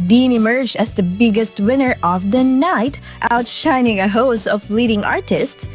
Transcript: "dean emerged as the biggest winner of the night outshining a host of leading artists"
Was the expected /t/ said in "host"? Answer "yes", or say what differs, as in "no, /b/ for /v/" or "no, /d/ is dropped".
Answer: no, /t/ is dropped